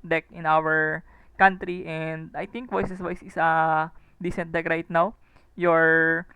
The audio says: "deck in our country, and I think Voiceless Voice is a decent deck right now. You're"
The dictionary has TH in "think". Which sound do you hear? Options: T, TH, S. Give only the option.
T